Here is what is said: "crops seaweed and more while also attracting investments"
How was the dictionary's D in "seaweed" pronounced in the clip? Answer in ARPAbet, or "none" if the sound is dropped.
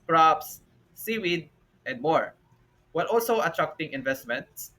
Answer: D